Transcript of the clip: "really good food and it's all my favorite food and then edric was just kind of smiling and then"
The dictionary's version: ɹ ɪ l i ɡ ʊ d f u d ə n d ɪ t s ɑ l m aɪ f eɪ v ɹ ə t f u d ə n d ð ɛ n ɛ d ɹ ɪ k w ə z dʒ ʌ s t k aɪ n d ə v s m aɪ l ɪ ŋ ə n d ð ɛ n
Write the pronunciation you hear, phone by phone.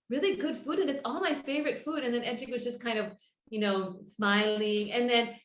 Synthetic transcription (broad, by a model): ɹ ɪ l i ɡ ʊ d f u d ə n ɪ t s ɑ l m aɪ f eɪ v ɹ ə t f u d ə n ð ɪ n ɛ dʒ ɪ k w ə z dʒ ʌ s k aɪ n d ə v s m aɪ l ɪ ŋ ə n ð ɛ n